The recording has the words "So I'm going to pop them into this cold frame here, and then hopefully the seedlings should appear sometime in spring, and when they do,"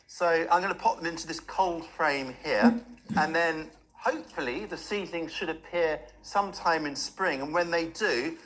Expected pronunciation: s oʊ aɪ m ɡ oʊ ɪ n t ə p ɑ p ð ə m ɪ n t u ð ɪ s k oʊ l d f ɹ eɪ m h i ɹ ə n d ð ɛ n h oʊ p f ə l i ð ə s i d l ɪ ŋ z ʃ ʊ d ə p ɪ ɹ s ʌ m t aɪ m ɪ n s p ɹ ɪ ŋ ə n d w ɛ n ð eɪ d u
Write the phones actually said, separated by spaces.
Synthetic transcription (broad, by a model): s oʊ aɪ m ɡ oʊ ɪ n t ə p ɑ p ð ə m ɪ n t u ð ɪ s k oʊ l d f ɹ eɪ m h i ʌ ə n ð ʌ n h oʊ p f ə l i ð ə s i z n ɪ ŋ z ʃ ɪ d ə p ɪ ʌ s ʌ m t aɪ m ɪ n s p ɹ ɪ ŋ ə n w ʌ n ð eɪ d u